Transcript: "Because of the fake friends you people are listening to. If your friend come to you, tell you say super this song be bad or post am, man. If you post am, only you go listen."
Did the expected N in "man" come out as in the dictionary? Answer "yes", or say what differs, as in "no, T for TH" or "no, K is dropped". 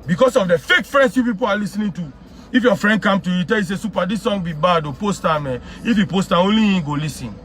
no, N is dropped